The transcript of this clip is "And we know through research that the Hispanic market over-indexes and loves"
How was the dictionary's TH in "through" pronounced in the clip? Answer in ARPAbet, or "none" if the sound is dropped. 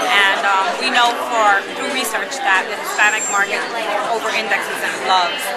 F